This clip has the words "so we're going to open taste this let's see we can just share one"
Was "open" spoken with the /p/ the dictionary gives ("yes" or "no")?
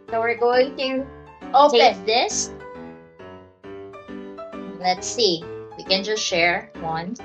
no